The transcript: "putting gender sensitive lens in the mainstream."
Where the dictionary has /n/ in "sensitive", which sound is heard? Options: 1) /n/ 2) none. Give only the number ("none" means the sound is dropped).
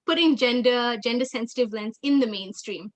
1